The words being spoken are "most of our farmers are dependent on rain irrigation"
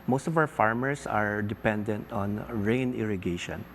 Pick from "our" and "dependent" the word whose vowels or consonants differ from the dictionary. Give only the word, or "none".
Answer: our